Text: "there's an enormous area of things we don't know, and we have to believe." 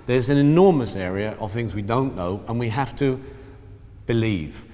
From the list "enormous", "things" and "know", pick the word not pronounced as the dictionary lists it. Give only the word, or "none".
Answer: none